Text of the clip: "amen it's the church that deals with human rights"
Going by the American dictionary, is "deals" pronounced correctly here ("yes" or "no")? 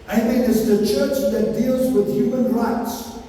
yes